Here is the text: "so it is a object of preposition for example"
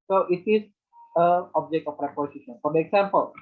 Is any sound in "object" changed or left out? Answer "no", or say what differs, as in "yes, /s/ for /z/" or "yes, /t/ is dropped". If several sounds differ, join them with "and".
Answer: no